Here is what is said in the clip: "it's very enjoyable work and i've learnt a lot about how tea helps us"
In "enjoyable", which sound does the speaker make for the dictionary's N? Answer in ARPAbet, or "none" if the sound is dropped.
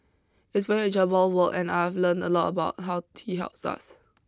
none